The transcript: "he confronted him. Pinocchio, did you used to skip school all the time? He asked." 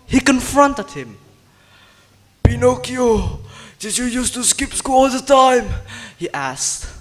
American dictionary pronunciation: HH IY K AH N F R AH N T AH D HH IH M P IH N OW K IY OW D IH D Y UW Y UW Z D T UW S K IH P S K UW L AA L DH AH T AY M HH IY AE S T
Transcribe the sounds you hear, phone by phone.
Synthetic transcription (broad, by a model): HH IY K AH N F R AH N T AH D HH IH M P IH N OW K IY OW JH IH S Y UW Y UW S T UW S K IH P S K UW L AA L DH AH T AY M HH IY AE S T